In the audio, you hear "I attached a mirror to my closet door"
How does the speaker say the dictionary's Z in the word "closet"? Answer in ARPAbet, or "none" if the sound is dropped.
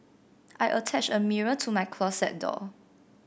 S